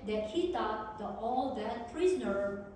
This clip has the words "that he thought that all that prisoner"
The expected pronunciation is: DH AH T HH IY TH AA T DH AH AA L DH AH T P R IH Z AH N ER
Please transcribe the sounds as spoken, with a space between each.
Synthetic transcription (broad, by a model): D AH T HH IY T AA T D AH AA L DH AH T P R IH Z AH N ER